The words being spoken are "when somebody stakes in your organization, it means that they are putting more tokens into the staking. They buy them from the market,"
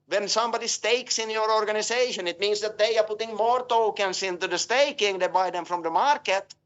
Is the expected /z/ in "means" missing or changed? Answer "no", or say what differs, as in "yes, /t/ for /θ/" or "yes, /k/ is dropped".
yes, /s/ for /z/